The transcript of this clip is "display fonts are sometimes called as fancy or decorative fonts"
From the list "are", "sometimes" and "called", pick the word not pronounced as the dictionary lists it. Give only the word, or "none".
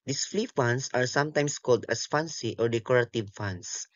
sometimes